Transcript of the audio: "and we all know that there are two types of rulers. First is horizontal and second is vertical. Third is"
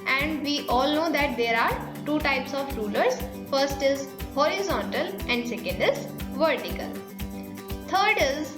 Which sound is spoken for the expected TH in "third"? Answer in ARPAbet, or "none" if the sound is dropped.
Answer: T